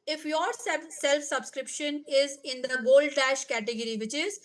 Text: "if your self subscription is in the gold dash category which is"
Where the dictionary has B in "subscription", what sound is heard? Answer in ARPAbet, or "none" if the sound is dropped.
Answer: B